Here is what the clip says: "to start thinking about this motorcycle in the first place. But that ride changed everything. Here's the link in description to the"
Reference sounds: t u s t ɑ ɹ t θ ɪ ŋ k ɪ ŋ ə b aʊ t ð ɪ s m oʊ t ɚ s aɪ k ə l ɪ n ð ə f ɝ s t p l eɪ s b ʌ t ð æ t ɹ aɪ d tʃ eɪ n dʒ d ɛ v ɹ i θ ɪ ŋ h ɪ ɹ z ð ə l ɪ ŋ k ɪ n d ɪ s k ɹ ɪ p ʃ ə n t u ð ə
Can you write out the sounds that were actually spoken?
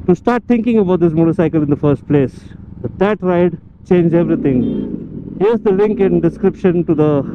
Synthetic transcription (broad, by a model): t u s t ɑ ɹ t t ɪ ŋ k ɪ ŋ ə b aʊ t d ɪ s m oʊ t ɚ s aɪ k ə l ɪ n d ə f ɝ s t p l eɪ s b ʌ t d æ t ɹ aɪ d tʃ eɪ n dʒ ɛ v ɹ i t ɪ ŋ h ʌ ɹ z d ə l ɪ ŋ k ɪ n d ɪ s k ɹ ɪ p ʃ ə n t u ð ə